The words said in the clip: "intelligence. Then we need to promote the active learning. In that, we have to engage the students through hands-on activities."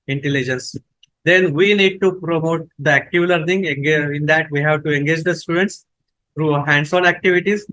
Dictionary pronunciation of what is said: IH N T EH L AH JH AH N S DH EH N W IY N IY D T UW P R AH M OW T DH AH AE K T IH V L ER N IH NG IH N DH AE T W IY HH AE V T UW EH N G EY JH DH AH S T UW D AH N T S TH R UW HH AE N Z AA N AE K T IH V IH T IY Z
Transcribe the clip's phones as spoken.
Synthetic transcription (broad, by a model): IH N T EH L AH JH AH N S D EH N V IY N IY D T UW P R AH M OW T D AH AE K T IH V L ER N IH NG IH N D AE T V IY HH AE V T UW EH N G EY JH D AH S T UW D AH N T S T R UW HH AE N S AA N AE K T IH V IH T IY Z